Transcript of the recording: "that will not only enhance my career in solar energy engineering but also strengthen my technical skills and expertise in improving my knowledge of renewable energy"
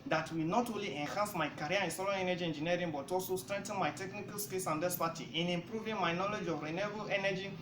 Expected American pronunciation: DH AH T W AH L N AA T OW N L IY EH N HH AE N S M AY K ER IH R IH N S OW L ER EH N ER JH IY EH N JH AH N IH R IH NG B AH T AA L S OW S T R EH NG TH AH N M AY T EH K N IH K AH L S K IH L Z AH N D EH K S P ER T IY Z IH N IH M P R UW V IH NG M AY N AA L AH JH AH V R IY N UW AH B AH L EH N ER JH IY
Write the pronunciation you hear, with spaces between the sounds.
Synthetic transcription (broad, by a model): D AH T W AH L N AA T OW N L IY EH N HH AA N S M AY K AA R IH N S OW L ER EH N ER JH IY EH N JH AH N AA R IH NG B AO T AA L S OW S T R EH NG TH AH N M AY T EH K N IH K AH L S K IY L S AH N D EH S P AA T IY IH N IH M P R UW V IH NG M AY N AA L AH JH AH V R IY N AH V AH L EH N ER JH IY